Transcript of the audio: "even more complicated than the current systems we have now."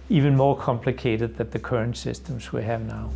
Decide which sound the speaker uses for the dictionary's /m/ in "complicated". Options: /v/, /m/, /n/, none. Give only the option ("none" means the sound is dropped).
/m/